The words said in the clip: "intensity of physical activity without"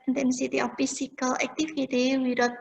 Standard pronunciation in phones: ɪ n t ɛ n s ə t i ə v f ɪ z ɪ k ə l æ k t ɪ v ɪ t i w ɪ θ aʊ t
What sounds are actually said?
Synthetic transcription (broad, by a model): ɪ n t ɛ n s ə t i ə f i s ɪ k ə l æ k t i f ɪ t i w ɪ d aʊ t